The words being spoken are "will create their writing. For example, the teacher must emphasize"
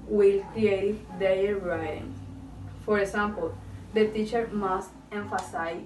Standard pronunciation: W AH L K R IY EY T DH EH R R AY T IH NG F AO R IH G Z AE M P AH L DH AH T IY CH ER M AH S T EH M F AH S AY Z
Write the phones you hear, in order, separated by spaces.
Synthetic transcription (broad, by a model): W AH L K R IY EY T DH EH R L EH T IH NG F AO R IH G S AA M P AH L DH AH T IY CH ER M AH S T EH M F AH S AY